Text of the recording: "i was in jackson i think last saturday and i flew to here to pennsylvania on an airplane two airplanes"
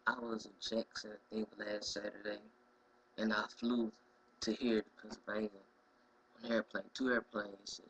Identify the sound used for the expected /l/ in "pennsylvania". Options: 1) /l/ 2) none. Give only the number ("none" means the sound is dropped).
2